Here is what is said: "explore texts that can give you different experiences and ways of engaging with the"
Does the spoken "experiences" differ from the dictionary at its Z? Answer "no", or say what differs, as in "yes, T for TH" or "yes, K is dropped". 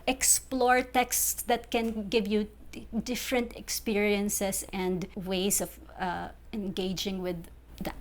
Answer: yes, S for Z